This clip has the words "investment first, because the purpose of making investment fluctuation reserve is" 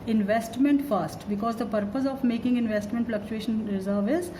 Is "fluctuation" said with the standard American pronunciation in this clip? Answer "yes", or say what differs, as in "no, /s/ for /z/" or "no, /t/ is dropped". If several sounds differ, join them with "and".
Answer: yes